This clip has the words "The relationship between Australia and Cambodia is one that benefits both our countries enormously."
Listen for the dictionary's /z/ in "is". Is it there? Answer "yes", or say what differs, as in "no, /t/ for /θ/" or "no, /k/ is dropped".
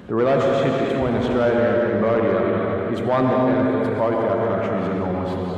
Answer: yes